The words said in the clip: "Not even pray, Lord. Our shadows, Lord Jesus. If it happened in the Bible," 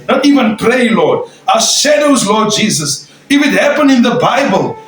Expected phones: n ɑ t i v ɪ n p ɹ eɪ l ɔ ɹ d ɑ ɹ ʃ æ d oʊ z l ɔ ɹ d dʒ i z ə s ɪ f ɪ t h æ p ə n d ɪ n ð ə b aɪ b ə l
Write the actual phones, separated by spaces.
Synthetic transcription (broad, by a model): n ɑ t i v ɪ n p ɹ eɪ l ɔ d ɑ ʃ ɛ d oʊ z l ɔ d dʒ i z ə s ɪ f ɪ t h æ p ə n ɪ n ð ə b aɪ b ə l